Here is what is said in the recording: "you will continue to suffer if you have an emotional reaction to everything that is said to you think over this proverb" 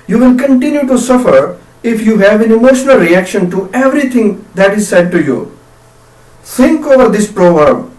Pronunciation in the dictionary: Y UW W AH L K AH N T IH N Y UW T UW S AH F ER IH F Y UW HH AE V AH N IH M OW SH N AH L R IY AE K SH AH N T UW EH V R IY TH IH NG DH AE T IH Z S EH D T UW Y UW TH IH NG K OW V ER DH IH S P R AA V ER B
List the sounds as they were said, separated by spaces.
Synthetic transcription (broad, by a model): Y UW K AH N K AH N T IH N Y UW T UW S AH F ER IH F Y UW HH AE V AH N IH M OW SH N AH L R IY AE K SH AH N T UW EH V R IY T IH NG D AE T IH Z S EH D T UW Y UW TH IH NG K OW V ER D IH S P R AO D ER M